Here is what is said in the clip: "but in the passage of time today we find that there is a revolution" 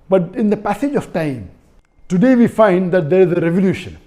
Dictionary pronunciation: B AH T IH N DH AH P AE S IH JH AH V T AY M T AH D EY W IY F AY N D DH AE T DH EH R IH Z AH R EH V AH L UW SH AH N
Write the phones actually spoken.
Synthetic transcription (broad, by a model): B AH T IH N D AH P AE S IH JH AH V T AY M T AH D EY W IY F AY N D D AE T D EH R IH Z AH R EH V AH L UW SH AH N